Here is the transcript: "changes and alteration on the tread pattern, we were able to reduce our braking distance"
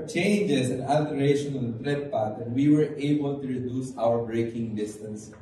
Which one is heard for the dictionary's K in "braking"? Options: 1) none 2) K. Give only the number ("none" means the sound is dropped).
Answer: 2